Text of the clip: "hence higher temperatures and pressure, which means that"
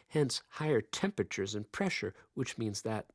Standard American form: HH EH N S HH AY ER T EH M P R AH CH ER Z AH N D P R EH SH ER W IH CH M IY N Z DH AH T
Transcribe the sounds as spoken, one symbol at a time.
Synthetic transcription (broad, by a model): HH EH N S HH AY ER T EH M P R AH CH ER Z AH N P R EH SH ER W IH CH M IY N Z DH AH T